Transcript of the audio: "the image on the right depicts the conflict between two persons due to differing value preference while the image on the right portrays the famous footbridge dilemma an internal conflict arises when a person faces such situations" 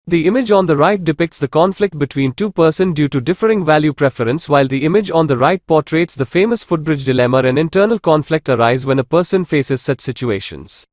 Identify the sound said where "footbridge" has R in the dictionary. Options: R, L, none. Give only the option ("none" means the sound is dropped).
R